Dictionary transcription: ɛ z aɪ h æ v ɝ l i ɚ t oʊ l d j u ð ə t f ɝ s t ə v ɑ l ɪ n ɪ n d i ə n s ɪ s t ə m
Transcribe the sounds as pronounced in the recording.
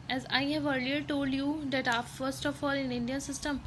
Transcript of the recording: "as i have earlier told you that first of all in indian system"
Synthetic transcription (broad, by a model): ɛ z aɪ h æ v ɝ l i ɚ t oʊ l d j u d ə t f ɝ s t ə f ɑ l ɪ n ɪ n d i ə n s ɪ s t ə m